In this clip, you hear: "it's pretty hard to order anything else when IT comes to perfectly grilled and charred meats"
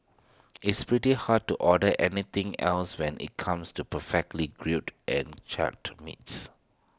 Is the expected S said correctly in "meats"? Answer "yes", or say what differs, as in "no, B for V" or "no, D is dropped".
yes